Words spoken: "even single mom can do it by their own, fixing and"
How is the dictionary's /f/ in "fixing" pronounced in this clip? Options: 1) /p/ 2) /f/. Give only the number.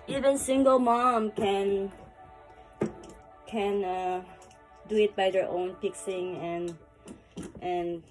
1